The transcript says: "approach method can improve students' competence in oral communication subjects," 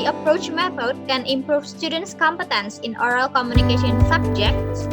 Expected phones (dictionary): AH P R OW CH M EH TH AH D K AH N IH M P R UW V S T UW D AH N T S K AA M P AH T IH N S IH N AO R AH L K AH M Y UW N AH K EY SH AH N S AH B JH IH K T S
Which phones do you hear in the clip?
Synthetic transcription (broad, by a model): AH P R OW CH M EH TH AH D K AH N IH M P R UW F S T UW D AH N T S K AA M P AH T IH N S IH N AO R AH L K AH M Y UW N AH K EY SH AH N S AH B JH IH K T S